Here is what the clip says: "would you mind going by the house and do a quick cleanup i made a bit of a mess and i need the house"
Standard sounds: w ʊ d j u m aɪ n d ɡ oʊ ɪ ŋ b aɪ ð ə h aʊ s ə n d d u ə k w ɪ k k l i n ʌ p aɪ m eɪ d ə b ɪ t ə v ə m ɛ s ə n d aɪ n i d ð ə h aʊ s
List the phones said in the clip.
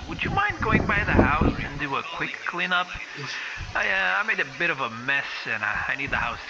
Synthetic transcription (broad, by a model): w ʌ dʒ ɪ m aɪ n d ɡ oʊ ɪ ŋ b aɪ ð ə h aʊ s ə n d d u ə k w ɪ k k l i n ʌ p aɪ m eɪ d ə b ɪ t ə v ə m ɛ s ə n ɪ aɪ n i d ð ə h aʊ s